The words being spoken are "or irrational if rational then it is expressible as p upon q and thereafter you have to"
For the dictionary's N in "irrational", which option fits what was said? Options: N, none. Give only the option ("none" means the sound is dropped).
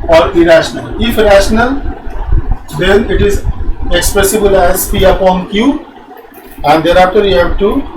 N